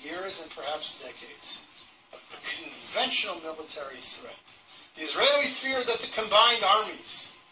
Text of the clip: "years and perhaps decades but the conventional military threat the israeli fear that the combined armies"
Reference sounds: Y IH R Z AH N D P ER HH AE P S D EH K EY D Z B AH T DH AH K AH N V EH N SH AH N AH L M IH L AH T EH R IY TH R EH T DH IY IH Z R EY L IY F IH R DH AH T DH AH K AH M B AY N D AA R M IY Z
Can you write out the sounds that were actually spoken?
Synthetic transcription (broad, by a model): Y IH R Z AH N P ER HH AE P S D EH K EY D Z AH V DH AH K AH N V EH N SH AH N L M IH L AH T EH R IY TH R EH T DH IY IH Z R EY L IY F IH R DH AH T DH AH K AH M B AY N D AA R M IY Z